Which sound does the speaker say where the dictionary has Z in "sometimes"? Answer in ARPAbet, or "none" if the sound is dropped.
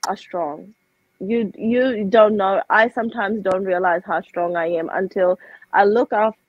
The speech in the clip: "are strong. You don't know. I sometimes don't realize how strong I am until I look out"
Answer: Z